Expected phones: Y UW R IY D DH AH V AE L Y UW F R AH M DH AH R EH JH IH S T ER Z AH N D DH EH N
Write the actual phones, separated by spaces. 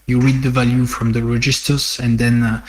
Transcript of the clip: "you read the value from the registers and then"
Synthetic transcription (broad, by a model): Y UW R IY D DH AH V AE L Y UW F R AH M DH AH R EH JH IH S T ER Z AH N D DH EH N